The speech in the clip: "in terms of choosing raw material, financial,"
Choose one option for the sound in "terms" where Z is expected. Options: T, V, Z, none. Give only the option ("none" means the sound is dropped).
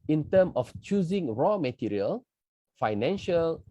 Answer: none